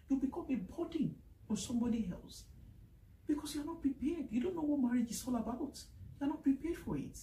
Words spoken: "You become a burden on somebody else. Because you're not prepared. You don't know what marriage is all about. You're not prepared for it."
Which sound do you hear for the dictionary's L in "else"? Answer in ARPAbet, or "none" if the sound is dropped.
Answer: L